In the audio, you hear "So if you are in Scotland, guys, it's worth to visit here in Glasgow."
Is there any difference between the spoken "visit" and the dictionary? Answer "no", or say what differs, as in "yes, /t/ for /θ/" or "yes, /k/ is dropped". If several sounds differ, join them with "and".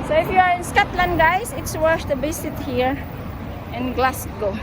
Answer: yes, /b/ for /v/ and /s/ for /z/